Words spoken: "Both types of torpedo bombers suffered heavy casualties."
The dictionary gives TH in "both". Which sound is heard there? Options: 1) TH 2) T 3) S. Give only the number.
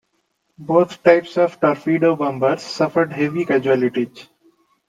2